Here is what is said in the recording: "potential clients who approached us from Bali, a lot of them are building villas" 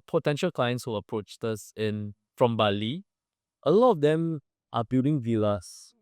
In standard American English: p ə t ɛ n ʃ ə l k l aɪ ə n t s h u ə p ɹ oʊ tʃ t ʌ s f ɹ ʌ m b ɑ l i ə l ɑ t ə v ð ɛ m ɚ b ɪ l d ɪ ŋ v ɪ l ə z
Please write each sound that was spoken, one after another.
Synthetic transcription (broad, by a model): p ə t ɛ n ʃ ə l k l aɪ ə n t s h u ə p ɹ oʊ tʃ t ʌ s f ɹ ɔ m b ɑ l i ə l ɑ t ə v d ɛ m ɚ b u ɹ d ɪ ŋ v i l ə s